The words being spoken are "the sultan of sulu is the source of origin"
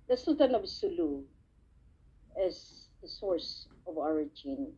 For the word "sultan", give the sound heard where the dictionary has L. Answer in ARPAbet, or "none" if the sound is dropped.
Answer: none